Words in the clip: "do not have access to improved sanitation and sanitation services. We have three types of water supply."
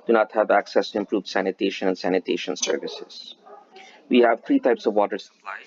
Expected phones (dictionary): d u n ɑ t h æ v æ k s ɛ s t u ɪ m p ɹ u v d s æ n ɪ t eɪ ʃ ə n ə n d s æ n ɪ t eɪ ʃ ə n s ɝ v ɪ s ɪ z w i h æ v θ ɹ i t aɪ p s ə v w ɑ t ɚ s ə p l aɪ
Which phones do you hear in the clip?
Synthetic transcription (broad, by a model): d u n ɑ t h æ v æ k s ɛ s t u ɪ m p ɹ u v d s æ n ɪ t eɪ ʃ ə n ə n s æ n ɪ t eɪ ʃ ə n s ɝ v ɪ s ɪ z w i h æ v t ɹ i t aɪ p s ə v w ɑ t ɚ s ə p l aɪ